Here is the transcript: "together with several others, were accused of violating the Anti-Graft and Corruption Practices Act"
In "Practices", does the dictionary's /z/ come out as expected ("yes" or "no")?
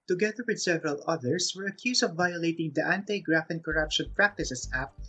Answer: no